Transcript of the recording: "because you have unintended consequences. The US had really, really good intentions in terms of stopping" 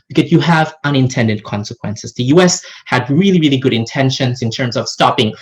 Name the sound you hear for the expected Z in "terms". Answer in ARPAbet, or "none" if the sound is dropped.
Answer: Z